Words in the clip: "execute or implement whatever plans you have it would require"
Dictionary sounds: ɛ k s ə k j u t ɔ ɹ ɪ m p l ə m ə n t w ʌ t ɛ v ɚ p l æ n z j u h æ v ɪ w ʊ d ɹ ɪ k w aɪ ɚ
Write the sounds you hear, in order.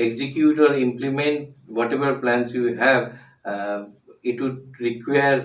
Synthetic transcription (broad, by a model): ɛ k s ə k j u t ɔ ɹ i m p l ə m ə n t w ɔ t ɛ b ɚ p l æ n s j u h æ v ɪ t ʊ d ɹ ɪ k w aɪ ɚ